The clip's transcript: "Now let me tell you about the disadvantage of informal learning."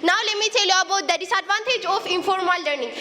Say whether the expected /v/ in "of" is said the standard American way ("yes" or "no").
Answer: no